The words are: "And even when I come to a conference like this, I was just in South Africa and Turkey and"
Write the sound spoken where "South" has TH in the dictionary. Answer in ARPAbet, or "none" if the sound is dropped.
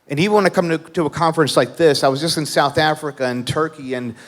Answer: TH